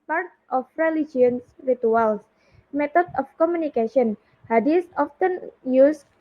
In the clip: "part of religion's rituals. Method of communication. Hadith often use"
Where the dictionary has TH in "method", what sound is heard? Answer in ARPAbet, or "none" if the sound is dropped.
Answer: T